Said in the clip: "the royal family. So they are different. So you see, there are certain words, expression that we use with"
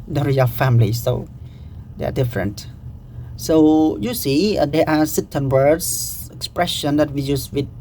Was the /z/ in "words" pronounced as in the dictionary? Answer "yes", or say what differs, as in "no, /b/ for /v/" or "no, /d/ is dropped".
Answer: no, /s/ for /z/